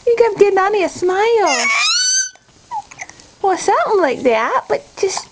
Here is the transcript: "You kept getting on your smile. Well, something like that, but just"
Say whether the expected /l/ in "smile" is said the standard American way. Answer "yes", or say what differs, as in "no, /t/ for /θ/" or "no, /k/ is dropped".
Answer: yes